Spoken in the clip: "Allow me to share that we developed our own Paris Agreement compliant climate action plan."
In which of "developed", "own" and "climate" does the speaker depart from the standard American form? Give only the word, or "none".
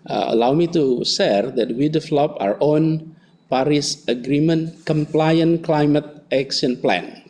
developed